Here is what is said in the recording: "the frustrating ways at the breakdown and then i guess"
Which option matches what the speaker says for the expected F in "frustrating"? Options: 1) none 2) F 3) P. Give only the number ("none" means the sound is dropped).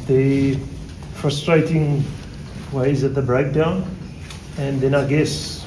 2